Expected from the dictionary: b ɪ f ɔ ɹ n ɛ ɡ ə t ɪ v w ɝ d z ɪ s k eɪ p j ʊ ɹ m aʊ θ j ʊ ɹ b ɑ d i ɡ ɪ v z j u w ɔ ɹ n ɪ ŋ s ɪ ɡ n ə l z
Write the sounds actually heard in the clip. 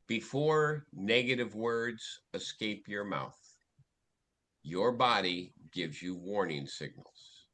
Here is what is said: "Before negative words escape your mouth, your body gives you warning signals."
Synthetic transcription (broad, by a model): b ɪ f ɔ ɹ n ɛ ɡ ə t ɪ v w ɝ d z ɪ s k eɪ p j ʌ ɹ m aʊ θ j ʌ ɹ b ɑ d i ɡ ɪ v z j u w ɔ ɹ n ɪ ŋ s ɪ ɡ n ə l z